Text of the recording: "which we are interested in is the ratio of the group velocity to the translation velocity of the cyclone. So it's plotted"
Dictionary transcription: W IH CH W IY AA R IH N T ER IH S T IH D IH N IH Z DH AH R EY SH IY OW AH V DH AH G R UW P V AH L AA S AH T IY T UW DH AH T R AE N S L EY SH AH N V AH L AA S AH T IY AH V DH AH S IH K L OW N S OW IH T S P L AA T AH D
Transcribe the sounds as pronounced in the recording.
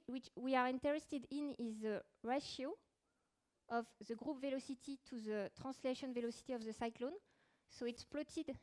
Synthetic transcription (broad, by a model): W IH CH W IY AA R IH N T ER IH S T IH D IH N IH Z DH AH R EY SH IY OW AH V DH AH G R UW P V AH L AA S AH T IY T UW DH AH T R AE S L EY SH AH N V AH L AA S AH T IY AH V DH AH S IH K L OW N S OW IH T S P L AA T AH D